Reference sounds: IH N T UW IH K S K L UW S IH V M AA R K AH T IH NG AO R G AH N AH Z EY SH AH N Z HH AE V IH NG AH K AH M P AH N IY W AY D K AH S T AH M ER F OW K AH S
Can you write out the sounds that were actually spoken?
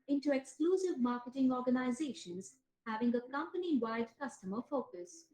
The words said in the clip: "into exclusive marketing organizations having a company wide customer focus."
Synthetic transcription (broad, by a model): IH N T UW IH K S K L UW S IH V M AA R K AH T IH NG AO R G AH N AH Z EY SH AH N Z HH AE V IH NG AH K AH M P AH N IY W AY D K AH S T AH M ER F OW K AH S